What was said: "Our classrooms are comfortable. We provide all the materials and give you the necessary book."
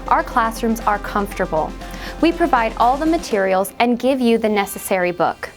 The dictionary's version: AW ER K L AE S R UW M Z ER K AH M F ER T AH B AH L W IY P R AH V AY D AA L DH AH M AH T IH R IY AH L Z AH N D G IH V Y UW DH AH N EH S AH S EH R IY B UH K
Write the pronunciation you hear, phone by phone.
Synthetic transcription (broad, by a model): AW ER K L AE S R UW M Z ER K AH M F T AH B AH L W IY P R AH V AY D AA L DH AH M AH T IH R IY L Z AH N G IH V Y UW DH AH N EH S AH S EH R IY B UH K